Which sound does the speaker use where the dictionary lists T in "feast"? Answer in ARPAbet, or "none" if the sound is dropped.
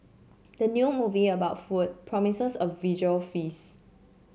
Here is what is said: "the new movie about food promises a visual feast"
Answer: none